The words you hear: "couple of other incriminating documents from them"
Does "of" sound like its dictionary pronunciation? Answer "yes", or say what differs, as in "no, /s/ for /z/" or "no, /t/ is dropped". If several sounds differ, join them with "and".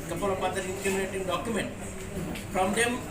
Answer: no, /p/ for /v/